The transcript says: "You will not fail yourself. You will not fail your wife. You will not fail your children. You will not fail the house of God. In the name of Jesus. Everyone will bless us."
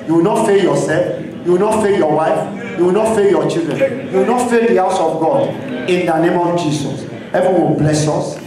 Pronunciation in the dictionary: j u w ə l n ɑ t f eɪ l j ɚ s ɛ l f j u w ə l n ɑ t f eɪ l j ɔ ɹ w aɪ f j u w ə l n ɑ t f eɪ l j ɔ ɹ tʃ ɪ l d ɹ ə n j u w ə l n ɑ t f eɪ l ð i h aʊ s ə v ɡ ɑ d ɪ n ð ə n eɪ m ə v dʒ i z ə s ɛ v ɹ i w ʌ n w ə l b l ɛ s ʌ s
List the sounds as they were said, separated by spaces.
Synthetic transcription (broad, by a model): j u w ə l n ɑ t f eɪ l j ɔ s ɛ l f j u w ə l n ɑ t f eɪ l j ɔ w aɪ f j u w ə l n ɑ t f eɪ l j ɔ tʃ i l d ɹ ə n j u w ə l n ɑ t f eɪ l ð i h aʊ s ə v ɡ ɑ d ɪ n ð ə n eɪ m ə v dʒ i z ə s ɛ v i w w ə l b l ɛ s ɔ s